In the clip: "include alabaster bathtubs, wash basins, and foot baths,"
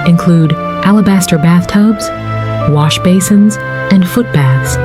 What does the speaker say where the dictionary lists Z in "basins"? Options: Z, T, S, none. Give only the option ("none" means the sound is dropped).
Z